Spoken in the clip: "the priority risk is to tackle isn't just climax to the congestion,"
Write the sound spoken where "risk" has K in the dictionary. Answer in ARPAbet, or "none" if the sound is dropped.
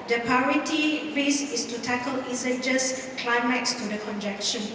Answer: none